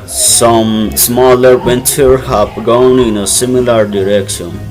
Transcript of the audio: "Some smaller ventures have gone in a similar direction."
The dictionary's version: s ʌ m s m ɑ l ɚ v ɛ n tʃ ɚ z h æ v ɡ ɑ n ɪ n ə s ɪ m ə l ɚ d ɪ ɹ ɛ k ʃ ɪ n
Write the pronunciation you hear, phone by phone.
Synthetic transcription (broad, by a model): s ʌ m s m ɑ l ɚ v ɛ n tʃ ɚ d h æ b ɡ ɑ n ɪ n ə s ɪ m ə l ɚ d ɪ ɹ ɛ k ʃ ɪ n